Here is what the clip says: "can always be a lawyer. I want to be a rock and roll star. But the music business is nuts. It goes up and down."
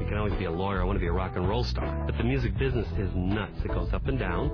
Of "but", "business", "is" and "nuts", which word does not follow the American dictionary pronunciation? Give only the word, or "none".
none